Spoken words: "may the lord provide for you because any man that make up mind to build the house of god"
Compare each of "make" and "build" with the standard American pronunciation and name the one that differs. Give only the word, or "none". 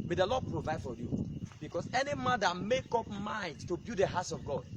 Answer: build